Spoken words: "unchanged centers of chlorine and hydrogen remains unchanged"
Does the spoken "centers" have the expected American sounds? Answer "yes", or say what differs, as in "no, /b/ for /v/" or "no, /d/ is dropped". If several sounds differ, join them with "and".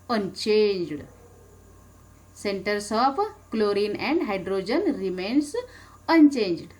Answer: no, /s/ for /z/